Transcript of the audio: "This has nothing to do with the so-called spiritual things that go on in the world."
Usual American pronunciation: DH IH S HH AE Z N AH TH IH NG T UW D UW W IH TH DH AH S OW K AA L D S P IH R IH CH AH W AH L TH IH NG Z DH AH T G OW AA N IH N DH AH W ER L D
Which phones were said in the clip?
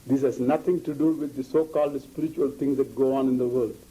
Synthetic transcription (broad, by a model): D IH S HH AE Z N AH T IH NG T UW D UW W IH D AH S OW K AA L D S P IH R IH CH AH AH L T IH NG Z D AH T G OW AA N IH N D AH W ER L D